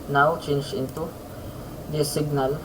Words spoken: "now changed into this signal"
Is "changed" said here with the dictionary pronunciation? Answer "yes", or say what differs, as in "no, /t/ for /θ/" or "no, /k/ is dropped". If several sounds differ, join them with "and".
no, /d/ is dropped